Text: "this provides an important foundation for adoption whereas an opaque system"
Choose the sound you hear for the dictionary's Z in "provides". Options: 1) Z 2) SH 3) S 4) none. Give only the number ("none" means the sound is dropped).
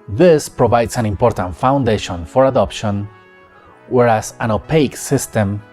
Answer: 3